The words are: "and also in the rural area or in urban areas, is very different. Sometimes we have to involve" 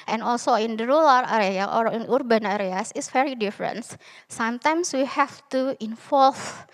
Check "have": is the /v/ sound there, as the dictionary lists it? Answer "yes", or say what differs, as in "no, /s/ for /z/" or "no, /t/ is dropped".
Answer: no, /f/ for /v/